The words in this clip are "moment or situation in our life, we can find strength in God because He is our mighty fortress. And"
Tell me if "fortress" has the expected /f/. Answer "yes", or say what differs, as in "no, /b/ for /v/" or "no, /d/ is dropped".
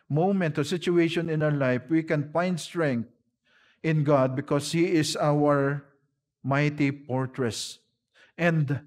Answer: no, /p/ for /f/